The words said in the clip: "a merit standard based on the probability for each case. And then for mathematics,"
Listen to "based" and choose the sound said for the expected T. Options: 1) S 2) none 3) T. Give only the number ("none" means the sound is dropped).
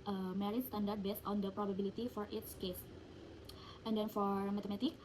3